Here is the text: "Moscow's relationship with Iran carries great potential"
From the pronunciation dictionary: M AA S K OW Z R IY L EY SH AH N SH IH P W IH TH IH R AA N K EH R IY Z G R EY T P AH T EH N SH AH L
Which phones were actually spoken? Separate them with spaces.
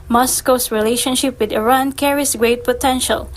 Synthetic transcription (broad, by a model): M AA S K OW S R IY L EY SH AH N SH IH P W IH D IH R AA N K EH R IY S G R EY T P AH T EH N SH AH L